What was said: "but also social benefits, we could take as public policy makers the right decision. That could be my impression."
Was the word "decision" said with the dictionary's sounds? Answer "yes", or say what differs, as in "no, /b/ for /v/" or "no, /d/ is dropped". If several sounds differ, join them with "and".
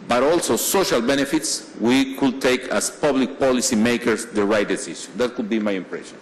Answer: no, /ʃ/ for /ʒ/